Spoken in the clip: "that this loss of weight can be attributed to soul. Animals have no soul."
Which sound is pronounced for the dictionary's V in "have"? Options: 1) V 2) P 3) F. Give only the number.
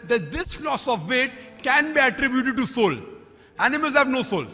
1